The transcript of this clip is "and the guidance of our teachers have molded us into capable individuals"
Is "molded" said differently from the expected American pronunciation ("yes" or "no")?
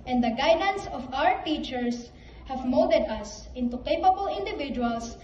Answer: yes